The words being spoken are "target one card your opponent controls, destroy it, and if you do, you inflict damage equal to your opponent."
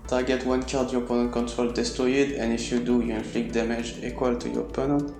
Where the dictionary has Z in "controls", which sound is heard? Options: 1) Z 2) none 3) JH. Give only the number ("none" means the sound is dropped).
2